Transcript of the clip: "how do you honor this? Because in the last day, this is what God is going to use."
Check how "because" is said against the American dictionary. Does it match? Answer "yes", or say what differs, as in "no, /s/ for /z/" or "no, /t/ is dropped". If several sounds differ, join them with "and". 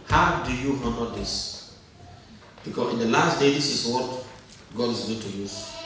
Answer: no, /z/ is dropped